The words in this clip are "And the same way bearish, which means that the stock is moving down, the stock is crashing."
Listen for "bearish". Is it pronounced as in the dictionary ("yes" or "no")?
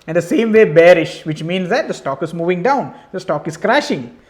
yes